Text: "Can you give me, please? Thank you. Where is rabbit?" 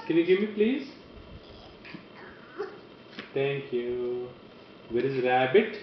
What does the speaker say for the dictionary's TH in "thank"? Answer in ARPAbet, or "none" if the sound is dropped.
T